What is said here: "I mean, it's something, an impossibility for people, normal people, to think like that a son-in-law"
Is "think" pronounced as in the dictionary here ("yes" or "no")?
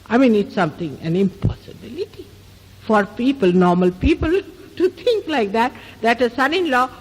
no